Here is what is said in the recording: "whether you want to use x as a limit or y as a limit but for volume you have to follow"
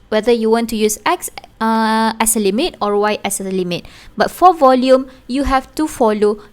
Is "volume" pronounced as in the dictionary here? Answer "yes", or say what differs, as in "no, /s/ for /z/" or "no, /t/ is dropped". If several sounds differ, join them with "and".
yes